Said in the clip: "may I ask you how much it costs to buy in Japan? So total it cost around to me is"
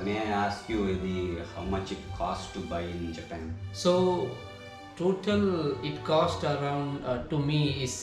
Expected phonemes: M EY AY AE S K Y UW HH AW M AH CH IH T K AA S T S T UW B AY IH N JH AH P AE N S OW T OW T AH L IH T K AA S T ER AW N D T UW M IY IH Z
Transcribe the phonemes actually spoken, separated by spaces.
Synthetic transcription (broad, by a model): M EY AY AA S K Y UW HH AW M AH CH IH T K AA S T T UW B AY IH N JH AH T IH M S OW T OW T AH L IH T K AA S T ER AW N D T UW M IY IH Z